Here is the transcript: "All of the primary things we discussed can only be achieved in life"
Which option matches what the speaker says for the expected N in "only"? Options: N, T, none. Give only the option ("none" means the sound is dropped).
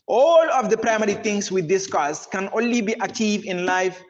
N